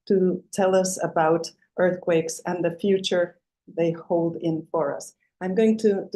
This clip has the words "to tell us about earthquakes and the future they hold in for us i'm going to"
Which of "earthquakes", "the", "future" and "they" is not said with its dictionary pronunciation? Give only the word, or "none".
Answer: none